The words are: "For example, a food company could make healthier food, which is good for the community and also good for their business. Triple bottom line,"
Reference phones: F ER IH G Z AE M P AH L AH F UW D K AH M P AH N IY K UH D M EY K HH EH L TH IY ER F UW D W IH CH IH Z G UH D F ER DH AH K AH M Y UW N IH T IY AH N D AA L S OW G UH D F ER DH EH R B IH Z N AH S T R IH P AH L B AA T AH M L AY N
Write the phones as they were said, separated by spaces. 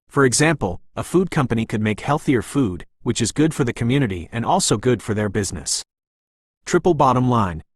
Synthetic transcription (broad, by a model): F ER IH G Z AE M P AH L AH F UW D K AH M P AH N IY K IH D M EY K HH EH L TH IY ER F UW D W IH CH IH Z G UH D F ER DH AH K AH M Y UW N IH T IY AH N AA L S OW G UH D F ER DH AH R B IH Z N AH S T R IH P L B AA T AH M L AY N